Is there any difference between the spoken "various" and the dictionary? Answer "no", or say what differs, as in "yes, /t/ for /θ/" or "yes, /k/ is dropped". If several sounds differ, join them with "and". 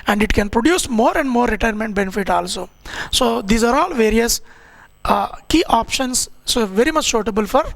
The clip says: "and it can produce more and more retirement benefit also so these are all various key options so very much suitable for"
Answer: no